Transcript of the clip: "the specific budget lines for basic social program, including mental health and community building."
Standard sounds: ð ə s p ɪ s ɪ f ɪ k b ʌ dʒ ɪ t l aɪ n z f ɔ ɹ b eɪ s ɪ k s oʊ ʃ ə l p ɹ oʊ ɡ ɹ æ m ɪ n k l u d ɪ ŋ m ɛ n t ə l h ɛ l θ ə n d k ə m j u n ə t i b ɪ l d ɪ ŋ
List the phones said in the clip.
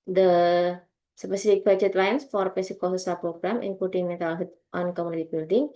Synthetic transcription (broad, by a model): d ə s p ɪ s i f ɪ k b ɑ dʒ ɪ t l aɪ n s f ɔ ɹ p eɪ s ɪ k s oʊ s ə p ɹ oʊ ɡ ɹ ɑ m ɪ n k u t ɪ ŋ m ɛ t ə l h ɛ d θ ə n k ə m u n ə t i b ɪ l d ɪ ŋ